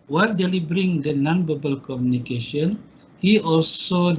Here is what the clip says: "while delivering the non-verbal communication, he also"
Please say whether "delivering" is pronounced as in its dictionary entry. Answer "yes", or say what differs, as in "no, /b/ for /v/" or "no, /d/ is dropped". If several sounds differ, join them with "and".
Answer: no, /b/ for /v/